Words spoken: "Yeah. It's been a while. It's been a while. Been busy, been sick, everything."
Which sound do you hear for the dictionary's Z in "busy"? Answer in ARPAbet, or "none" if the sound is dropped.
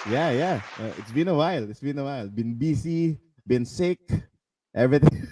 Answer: S